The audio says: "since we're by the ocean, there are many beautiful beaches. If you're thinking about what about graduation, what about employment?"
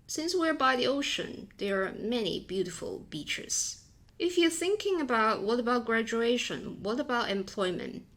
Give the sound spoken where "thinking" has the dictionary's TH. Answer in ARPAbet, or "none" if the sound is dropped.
TH